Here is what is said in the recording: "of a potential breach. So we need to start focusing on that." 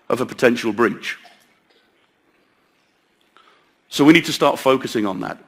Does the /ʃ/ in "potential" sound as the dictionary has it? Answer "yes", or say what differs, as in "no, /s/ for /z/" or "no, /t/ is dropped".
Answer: yes